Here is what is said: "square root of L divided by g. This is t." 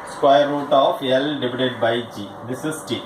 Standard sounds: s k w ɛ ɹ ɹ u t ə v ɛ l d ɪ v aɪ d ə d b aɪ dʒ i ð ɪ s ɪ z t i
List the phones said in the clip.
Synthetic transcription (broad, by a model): s k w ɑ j ɹ u t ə f ɛ l d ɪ b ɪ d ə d b aɪ dʒ i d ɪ s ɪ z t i